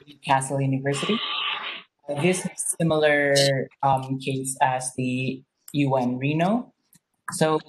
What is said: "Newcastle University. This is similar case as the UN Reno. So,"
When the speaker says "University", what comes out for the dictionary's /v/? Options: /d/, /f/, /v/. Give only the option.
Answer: /v/